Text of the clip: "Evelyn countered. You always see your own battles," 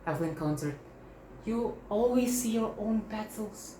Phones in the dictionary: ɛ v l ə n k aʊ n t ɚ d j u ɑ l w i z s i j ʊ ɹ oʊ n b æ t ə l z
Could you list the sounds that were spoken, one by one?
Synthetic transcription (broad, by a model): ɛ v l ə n k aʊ n s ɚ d j u ɑ l w i z s i j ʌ ɹ oʊ n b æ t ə l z